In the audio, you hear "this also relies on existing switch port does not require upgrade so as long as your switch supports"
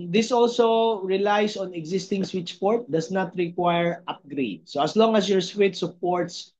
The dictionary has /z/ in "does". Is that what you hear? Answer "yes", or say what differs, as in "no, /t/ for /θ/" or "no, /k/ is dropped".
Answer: no, /s/ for /z/